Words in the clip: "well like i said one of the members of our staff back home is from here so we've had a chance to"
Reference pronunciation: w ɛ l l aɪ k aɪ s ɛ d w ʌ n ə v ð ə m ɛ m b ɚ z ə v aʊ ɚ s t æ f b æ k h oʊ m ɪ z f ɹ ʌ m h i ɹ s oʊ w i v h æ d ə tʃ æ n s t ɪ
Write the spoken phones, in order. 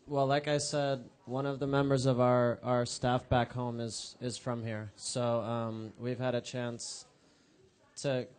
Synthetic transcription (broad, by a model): w ɛ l l aɪ k aɪ s ɛ d w ʌ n ə v ð ə m ɛ m b ɚ z ə v aʊ ɚ s t æ f b æ k h oʊ m ɪ z f ɹ ʌ m h i ɹ s oʊ w i v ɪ d ə tʃ æ n s t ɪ